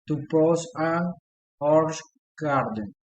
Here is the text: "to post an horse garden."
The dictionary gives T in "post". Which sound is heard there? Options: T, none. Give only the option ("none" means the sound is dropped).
none